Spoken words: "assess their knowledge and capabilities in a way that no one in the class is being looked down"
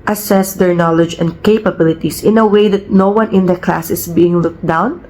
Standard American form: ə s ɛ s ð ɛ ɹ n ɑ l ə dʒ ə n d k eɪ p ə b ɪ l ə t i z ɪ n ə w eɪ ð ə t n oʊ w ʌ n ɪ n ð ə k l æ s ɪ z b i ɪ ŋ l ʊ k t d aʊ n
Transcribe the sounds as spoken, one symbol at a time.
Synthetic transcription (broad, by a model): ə s ɛ s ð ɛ ɹ n ɑ l ə dʒ ə n d k eɪ p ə b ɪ l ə t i s ɪ n ə w eɪ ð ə t n oʊ w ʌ n ɪ n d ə k l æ s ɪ s b i ɪ ŋ l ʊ k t d aʊ n